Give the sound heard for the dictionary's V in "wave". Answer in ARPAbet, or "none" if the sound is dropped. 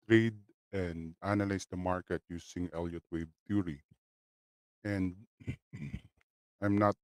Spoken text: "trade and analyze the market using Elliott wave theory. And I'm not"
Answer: B